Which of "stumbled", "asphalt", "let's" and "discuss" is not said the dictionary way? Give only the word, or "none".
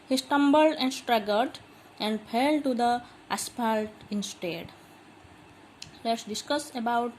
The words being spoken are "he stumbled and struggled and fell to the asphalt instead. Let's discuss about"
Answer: asphalt